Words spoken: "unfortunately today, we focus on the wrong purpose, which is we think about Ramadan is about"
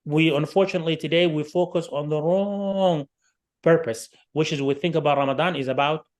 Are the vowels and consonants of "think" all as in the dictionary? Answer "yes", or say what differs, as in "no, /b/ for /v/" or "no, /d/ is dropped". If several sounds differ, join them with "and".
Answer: yes